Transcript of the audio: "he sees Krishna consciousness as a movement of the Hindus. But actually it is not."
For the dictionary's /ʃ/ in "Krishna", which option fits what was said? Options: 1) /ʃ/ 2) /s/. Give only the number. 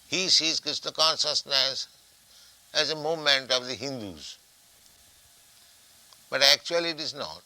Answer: 2